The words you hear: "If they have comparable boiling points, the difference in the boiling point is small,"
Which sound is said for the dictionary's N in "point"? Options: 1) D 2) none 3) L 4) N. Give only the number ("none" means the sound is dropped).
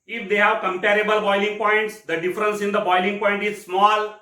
4